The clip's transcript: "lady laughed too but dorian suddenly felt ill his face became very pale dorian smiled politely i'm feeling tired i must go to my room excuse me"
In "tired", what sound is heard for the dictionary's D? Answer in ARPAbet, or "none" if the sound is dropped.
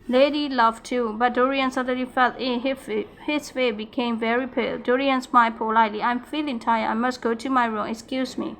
none